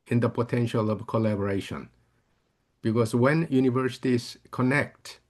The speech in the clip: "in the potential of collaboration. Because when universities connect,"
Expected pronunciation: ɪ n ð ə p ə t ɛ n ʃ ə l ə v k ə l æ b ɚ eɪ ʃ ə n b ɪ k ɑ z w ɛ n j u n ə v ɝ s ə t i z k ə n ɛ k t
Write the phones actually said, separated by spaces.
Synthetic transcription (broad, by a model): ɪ n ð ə p ə t ɛ n ʃ ə l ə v k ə l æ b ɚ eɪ ʃ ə n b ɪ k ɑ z w ɛ n j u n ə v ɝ s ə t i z k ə n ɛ k t